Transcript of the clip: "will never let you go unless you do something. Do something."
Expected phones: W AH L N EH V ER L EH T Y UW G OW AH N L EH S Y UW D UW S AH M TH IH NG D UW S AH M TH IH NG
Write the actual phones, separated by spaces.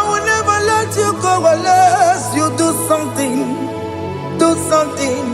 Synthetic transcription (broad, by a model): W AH N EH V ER L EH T Y UW G OW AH L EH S Y UW D UW S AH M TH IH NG D UW S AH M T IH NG